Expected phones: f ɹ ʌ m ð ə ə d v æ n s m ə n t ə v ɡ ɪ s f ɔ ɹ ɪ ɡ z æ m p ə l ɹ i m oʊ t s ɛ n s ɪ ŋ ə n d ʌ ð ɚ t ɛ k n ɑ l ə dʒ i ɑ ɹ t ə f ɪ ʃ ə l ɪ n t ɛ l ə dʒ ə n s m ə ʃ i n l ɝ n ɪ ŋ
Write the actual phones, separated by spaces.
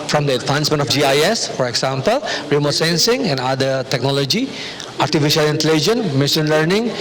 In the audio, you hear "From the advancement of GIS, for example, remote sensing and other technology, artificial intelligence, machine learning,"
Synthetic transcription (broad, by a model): f ɹ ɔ m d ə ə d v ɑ n s m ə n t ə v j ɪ s f ɔ ɹ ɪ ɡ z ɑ m p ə l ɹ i m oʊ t s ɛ n s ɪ ŋ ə n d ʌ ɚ t ɛ k n ɑ l ə dʒ i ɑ ɹ t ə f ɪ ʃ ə l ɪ n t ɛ l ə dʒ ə n m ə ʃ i n l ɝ n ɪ ŋ